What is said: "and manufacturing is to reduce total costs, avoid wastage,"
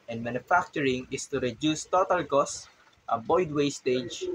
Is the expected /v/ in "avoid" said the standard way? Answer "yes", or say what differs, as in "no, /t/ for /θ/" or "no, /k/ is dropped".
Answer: no, /b/ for /v/